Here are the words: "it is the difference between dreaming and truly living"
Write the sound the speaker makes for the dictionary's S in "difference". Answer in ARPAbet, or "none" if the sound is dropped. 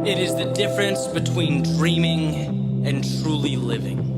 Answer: S